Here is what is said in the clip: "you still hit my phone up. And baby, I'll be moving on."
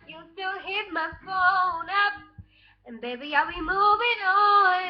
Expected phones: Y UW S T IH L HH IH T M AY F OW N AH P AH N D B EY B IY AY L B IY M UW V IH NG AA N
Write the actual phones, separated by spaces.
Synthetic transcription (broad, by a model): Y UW S T IH L HH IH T M AY F OW N AH P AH N B EY B IY AY L B IY M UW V IH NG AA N